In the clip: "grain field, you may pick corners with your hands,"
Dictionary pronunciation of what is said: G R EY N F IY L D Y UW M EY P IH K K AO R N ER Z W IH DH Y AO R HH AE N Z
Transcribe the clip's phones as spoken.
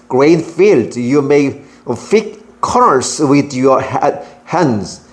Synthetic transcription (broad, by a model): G R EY N F IY L D Y UW M EY F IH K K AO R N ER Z W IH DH Y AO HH HH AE N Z